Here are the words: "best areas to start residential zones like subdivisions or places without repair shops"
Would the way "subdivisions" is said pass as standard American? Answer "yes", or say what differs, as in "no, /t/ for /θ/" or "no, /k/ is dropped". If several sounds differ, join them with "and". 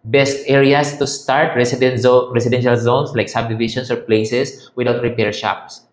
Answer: no, /ʃ/ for /ʒ/ and /s/ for /z/